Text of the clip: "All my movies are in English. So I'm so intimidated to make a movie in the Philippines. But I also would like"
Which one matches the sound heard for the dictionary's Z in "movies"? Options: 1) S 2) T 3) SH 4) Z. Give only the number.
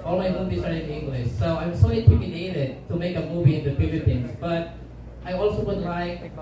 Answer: 1